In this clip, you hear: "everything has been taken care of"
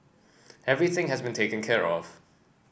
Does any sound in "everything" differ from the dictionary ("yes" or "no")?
no